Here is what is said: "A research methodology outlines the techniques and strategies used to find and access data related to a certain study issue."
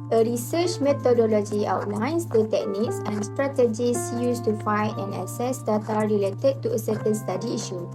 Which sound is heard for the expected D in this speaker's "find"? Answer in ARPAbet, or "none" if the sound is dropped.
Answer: none